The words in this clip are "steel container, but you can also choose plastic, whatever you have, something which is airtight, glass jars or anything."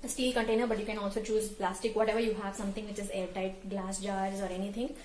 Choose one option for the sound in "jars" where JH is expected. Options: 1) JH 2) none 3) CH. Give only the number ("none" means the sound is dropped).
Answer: 1